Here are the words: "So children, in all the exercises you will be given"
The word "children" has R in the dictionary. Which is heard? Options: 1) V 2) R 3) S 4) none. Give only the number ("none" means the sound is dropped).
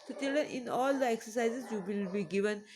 4